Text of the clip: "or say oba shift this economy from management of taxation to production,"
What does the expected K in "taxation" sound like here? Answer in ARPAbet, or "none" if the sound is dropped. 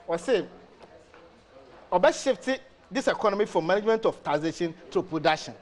none